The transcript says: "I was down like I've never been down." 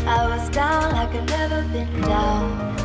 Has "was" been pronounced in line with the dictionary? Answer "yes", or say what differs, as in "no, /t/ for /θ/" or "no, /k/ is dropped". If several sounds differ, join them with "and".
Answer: yes